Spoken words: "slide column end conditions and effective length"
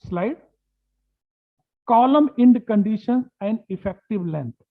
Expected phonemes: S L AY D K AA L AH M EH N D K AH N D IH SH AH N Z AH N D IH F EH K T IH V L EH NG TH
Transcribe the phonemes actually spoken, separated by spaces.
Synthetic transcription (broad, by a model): S L AY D K AA L AH M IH N D K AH N D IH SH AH N AH N D IH F EH K T IH V L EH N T